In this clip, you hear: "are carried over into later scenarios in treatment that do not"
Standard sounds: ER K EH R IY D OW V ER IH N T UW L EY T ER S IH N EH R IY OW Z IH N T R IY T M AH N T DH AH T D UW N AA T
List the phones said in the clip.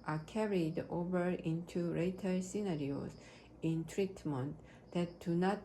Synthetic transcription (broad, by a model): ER K EH R IY D OW V ER IH N T UW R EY T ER S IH N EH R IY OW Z IH N T R IY T M AH N T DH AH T D UW N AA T